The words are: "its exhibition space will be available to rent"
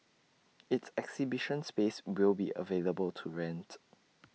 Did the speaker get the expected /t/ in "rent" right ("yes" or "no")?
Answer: yes